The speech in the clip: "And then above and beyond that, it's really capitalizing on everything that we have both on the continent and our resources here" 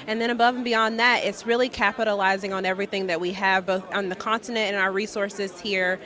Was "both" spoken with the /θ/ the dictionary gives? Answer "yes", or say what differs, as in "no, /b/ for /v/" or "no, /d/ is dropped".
yes